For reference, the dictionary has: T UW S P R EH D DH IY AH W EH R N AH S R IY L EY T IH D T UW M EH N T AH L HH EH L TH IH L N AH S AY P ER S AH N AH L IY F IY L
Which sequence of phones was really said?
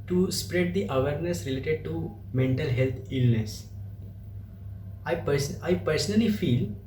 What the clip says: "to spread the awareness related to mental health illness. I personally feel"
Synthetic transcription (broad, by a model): T UW S P R EH D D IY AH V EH R N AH S R IY L EY T IH D T UW M EH N T AH L HH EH L T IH L N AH S AY P ER S AH N AH L IY F IY L